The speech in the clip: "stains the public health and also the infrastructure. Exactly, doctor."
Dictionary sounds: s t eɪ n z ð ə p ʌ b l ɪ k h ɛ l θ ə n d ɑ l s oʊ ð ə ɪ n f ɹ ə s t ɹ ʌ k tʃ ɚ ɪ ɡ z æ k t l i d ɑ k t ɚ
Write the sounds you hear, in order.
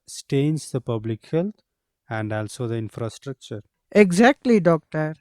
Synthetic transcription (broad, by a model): s t eɪ n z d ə p ʌ b l ɪ k h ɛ l t ə n d ɑ l s oʊ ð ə ɪ n f ɹ ə s t ɹ ʌ k tʃ ɚ ɪ ɡ z æ k t l i d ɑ k t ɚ